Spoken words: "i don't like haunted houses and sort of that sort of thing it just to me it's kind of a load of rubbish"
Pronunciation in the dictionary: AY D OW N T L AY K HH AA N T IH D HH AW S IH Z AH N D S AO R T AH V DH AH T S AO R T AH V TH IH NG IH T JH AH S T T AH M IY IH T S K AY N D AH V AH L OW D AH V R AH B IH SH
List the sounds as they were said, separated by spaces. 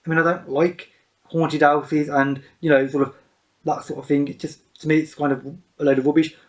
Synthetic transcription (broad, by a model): AY D OW N T L AY K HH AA N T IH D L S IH Z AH N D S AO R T AH V DH AH T S AO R T AH V TH IH NG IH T JH AH S T T AH M IY IH T S K AY N D AH V AH L OW D AH V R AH B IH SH